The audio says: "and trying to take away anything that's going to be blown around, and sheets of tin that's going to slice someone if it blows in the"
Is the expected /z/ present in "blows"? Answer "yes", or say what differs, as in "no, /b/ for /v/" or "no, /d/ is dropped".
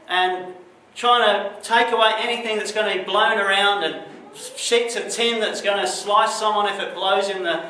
yes